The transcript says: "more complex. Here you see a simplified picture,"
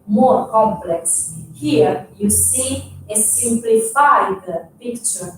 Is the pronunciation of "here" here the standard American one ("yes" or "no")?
yes